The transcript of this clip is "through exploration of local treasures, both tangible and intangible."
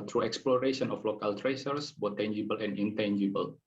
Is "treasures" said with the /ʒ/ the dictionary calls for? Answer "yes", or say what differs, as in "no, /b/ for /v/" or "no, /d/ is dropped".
no, /s/ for /ʒ/